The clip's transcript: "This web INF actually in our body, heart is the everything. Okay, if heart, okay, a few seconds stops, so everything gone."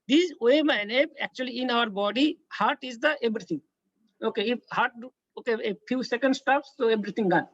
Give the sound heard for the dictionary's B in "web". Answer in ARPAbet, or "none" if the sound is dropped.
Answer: none